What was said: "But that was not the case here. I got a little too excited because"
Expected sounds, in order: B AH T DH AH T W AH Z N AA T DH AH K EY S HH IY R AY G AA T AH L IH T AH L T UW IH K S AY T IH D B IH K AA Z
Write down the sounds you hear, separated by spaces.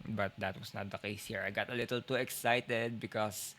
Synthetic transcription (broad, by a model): B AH T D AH T W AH S N AA T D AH K EY S HH IY R AY G AA T AH L IH T AH L T UW IH K S AY T IH D B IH K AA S